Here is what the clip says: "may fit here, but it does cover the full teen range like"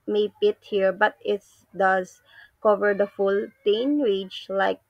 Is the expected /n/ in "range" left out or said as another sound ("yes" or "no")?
yes